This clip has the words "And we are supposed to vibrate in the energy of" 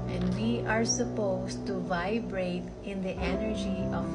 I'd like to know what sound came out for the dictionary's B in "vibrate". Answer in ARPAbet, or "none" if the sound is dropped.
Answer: B